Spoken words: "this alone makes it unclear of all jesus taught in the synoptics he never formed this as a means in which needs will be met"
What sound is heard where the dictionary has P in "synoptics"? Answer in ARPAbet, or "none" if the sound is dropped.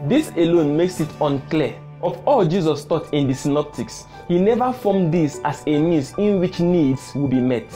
P